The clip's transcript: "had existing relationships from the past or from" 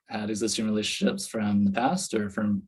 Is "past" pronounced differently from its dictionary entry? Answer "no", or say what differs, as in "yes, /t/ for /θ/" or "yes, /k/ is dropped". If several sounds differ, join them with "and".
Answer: no